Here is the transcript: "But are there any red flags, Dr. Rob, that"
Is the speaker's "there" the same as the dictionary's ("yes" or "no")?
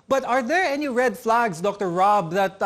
yes